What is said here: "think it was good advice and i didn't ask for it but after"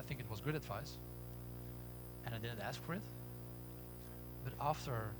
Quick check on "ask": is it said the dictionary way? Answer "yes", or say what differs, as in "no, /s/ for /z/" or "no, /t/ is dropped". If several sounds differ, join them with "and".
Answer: yes